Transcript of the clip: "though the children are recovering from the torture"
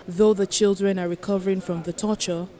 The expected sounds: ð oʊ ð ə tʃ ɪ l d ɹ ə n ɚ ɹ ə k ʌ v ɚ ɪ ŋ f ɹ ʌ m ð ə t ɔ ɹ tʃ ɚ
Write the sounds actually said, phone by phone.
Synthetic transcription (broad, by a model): ð oʊ ð ə tʃ ɪ l d ɹ ə n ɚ ɹ ə k ʌ v ɚ ɪ ŋ f ɹ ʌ m ð ə t ɔ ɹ tʃ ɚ